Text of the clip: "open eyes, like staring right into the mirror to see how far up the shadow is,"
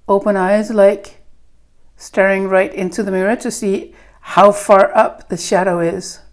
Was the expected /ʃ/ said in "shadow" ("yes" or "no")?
yes